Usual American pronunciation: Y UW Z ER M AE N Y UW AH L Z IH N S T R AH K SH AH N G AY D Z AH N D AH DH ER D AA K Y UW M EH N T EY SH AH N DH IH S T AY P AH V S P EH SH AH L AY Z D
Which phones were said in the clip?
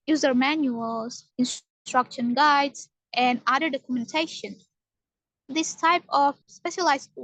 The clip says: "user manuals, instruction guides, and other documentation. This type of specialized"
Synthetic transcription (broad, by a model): Y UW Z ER M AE N Y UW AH L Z IH N S T R AH K SH AH N G AY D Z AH N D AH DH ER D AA K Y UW M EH N T EY SH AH N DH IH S T AY P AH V S P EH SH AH L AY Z